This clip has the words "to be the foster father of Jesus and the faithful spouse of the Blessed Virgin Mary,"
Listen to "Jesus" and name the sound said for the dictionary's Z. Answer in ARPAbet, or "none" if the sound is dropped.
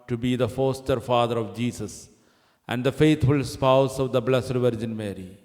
S